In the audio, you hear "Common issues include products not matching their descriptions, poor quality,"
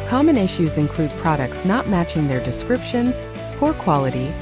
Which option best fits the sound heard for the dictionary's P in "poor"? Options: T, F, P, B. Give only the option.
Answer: F